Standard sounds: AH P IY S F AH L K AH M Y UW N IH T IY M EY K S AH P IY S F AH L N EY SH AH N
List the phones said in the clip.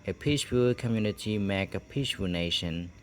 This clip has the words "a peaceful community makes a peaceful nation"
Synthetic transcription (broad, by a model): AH P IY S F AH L K AH M Y UW N IH T IY M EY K AH P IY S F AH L N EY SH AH N